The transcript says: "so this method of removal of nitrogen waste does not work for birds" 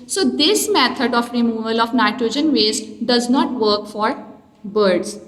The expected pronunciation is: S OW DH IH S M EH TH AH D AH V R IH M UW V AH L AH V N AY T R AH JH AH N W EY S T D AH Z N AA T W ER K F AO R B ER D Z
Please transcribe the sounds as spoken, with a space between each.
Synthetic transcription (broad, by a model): S OW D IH S M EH T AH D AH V R IH M UW V AH L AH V N AY T R AH JH AH N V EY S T D AH Z N AA T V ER K F AO R B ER D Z